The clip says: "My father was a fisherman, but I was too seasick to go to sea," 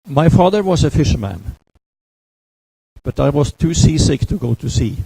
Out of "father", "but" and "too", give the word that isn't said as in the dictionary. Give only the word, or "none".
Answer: none